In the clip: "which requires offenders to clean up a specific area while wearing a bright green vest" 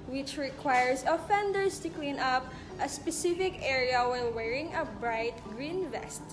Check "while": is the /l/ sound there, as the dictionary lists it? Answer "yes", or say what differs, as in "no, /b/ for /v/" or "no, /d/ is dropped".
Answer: no, /n/ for /l/